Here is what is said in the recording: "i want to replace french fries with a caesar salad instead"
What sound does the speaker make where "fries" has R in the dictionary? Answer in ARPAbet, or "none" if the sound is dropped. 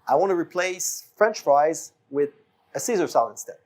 R